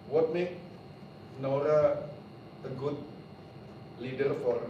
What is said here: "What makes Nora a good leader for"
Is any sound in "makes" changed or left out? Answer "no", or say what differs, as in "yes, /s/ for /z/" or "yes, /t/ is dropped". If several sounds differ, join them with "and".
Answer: yes, /s/ is dropped